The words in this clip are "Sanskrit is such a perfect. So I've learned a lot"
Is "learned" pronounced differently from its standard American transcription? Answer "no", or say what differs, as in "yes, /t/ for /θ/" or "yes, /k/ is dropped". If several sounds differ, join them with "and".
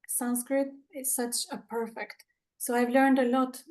no